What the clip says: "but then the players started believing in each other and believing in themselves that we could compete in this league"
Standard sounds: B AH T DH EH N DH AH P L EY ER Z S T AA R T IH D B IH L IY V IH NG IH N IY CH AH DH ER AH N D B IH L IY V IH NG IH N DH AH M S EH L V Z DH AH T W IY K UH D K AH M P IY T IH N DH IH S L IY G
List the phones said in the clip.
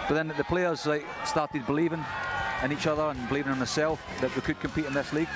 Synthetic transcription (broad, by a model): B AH T DH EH N DH AH P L EY ER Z S T AA R T IH D B IH L IY V IH NG IH N IY CH AH DH ER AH N B IH L IY V IH NG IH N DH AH S EH L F DH AH T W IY K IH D K AH M P IY T IH N DH IH S L IY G